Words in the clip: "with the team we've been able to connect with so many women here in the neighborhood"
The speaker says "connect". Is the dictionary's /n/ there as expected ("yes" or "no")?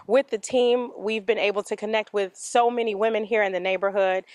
yes